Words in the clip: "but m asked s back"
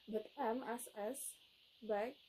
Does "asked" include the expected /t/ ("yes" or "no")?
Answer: no